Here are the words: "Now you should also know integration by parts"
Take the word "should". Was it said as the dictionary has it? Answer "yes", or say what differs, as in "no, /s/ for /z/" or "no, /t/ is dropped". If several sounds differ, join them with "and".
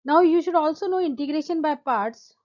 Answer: yes